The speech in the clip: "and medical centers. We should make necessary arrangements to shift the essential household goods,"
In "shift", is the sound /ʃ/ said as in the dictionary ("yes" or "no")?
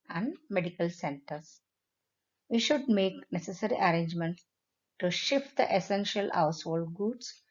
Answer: yes